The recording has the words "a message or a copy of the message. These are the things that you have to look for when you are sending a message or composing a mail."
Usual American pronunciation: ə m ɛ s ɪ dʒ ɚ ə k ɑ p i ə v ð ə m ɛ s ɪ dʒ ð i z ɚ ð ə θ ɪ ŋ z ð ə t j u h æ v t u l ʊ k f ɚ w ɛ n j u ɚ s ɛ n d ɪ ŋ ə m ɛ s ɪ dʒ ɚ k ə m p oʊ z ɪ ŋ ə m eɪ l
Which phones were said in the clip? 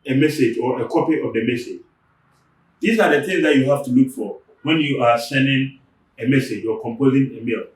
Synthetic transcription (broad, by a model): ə m ɛ s ɪ dʒ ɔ ə k ɑ p i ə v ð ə m ɛ s ɪ dʒ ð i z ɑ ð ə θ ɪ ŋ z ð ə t j u h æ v t u l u k f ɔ w ɛ n j u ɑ s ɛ n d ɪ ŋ ə m ɛ s ɪ dʒ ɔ k ə m p oʊ z ɪ ŋ ə m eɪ l